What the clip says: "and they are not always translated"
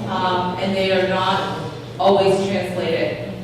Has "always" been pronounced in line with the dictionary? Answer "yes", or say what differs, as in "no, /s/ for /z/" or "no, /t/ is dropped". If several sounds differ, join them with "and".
yes